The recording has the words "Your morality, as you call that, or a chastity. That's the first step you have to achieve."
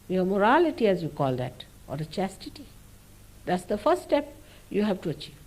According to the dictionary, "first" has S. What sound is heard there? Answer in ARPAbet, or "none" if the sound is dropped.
none